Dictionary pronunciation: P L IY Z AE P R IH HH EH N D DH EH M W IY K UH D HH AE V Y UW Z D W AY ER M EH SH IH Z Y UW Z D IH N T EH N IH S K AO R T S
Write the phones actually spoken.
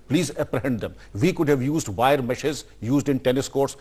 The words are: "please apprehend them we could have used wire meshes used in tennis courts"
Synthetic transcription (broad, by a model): P L IY Z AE P R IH HH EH N D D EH M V IY K UH D HH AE V Y UW Z D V AY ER M EH SH IH Z Y UW Z D IH N T EH N IH S K AO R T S